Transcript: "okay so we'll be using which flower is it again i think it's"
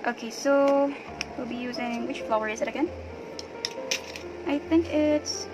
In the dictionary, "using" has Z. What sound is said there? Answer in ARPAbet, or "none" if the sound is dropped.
Z